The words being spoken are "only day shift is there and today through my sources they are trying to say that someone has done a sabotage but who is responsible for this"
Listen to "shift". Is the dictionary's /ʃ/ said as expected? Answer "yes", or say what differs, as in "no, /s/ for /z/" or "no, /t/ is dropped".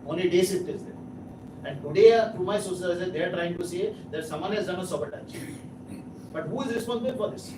no, /s/ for /ʃ/